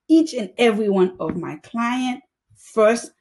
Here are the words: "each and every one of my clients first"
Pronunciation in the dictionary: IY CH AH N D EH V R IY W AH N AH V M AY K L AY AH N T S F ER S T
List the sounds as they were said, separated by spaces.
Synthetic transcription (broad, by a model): IY CH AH N EH V R IY W AH N AH V M AY K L AY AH N T F ER S T